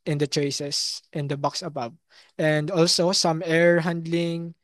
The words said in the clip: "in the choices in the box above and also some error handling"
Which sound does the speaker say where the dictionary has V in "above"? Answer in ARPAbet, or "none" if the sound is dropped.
B